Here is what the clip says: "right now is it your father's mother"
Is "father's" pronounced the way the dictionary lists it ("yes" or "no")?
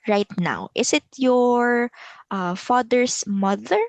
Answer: no